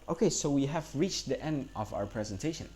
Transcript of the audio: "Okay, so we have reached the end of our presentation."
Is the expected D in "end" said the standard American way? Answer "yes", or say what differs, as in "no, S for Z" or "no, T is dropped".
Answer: yes